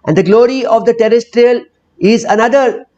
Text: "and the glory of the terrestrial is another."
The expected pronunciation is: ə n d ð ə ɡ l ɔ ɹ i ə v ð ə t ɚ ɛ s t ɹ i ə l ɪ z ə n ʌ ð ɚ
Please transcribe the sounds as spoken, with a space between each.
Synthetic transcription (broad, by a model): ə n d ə ɡ l ɔ ɹ i ə v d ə t ɚ ɛ s t ɹ i ə l ɪ z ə n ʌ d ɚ